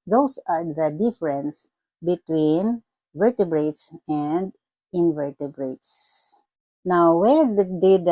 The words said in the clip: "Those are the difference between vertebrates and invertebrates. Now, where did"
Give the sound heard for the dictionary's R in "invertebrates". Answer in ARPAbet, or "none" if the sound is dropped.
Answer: R